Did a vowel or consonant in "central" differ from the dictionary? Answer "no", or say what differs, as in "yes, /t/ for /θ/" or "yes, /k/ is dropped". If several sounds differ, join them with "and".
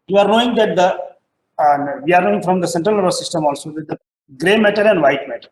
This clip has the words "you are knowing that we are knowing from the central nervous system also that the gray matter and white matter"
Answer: no